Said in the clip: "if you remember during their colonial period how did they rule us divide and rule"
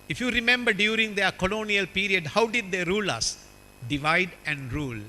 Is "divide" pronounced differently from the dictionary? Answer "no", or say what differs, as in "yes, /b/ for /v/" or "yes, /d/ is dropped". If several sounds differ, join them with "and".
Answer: no